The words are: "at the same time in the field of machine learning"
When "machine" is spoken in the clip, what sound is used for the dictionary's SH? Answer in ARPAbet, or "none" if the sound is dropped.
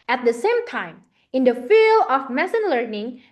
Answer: S